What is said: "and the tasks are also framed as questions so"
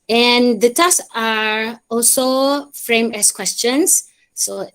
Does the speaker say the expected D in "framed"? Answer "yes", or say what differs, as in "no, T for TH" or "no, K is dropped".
no, D is dropped